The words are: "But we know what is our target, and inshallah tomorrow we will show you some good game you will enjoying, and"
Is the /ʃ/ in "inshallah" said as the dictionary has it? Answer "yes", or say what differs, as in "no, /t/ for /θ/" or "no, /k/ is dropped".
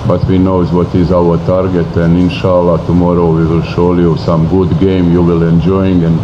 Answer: yes